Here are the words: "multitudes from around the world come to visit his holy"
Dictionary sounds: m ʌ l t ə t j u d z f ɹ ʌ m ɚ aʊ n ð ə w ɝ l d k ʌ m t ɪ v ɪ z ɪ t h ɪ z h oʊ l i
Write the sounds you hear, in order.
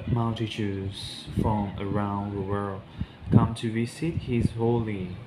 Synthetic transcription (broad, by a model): m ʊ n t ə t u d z f ɹ ʌ m ɚ aʊ n ð ə w ɝ l d k ʌ m t ɪ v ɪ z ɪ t h ɪ z h oʊ l i